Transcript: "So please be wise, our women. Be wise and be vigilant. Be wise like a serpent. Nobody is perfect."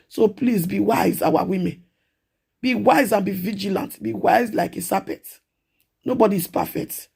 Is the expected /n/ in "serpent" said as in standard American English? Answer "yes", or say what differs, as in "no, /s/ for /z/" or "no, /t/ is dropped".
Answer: no, /n/ is dropped